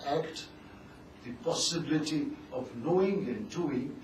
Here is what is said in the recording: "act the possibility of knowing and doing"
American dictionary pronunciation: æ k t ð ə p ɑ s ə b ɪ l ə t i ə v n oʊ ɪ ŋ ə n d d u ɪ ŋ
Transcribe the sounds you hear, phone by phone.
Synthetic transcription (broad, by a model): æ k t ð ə p ɑ s ə b ɪ l ə t i ə v n oʊ ɪ ŋ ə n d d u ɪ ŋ